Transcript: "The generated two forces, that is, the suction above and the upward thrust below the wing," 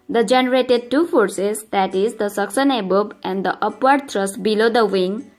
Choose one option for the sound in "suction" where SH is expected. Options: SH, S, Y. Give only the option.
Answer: S